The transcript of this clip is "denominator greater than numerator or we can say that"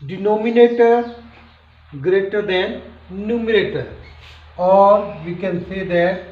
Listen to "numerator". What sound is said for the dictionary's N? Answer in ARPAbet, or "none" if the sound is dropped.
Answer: N